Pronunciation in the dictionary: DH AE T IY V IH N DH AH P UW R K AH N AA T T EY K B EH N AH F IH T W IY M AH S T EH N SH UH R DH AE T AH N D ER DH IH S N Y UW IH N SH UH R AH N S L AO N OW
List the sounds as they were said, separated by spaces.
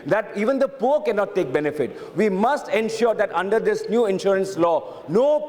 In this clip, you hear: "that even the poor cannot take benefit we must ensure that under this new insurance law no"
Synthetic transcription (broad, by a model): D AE T IY V IH N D AH P UW R K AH N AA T T EY K B EH N AH F IH T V IY M AH S T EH N SH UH R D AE T AH N D ER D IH S N Y UW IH N SH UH R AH N S L AO N OW